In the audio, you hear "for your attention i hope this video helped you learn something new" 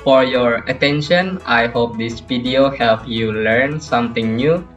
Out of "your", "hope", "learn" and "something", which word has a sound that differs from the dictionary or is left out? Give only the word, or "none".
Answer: something